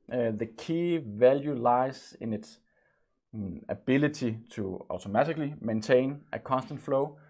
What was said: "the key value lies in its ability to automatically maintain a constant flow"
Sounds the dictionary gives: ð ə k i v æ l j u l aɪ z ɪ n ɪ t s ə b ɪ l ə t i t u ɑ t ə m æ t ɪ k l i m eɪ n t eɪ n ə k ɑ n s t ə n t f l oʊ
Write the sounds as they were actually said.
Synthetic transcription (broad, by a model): ð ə k i v æ l j u l aɪ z ɪ n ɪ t s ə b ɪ l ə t i s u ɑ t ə m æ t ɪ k l i m eɪ n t eɪ n ə k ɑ n s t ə n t f l oʊ